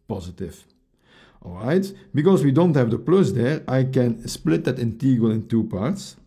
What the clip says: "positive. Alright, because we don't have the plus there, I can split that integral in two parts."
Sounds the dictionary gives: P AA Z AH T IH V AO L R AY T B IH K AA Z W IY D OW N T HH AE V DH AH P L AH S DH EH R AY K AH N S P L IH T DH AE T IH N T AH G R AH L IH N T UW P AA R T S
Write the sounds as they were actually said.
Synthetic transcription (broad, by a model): P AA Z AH T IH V AO L R AY T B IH K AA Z W IY D OW N T HH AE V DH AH P L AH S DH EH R AY K AH N S P L IH T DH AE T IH N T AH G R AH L IH N T UW P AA R T S